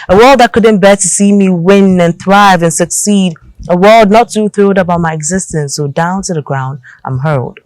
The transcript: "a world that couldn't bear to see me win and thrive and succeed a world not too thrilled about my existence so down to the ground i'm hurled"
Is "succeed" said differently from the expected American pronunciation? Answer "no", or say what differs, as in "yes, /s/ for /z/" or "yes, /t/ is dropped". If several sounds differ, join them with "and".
no